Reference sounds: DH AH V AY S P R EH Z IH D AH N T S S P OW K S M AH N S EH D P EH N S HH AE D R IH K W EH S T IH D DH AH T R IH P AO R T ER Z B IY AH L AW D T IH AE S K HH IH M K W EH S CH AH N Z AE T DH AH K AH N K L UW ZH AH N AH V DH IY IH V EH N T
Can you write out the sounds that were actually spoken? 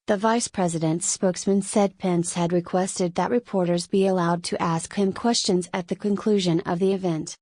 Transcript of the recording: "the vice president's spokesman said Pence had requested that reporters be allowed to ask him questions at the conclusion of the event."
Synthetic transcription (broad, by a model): DH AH V AY S P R EH Z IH D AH N T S S P OW K S M AH N S EH D P EH N S HH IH D R IH K W EH S T IH D DH AH T R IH P AO R T ER Z B IY AH L AW D T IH AE S K HH IH M K W EH S CH AH N Z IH T DH AH K AH N K L UW ZH AH N AH V DH IY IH V EH N T